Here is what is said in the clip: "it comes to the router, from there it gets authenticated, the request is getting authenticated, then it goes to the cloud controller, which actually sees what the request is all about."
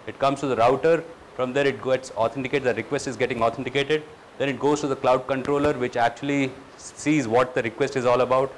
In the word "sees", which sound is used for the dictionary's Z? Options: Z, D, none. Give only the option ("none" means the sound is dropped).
Z